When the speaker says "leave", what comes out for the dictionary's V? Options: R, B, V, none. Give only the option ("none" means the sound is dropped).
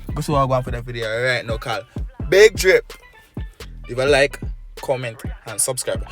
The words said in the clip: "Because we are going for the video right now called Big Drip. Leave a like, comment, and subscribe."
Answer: none